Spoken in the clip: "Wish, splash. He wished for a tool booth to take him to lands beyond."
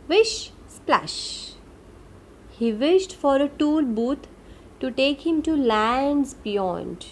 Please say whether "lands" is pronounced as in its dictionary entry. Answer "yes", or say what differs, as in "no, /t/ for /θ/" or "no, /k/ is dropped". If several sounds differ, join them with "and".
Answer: yes